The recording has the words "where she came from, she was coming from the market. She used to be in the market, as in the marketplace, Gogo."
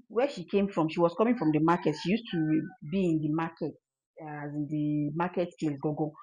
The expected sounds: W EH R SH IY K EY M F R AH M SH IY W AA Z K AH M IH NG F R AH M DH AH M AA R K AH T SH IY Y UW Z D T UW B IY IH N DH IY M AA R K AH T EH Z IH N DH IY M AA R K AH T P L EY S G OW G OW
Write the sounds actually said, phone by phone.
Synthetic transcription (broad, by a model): W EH SH IY K EY M F R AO M SH IY W AA S K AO M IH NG F R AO M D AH M AA K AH T SH IY Y UW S T UW B IY IH N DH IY M AA K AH T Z IH N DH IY M AA K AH T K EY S G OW G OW